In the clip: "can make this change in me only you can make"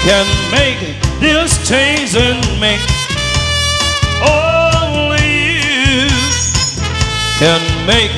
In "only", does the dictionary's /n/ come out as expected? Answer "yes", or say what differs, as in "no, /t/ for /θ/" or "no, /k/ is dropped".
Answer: no, /n/ is dropped